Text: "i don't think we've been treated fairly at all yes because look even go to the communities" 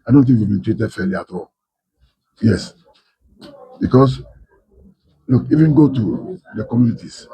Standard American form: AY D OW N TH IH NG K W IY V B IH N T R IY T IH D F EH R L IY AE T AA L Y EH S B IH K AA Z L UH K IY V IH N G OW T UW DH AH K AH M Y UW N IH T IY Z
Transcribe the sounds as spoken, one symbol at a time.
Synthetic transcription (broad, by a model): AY D OW N T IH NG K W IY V B IH N T R IY T IH D F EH L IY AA T AA L Y EH S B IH K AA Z L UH K IY V IH N G OW T UW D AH K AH M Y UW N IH T IY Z